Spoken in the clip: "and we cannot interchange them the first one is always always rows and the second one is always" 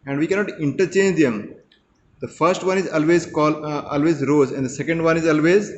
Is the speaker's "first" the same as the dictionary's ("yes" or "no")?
yes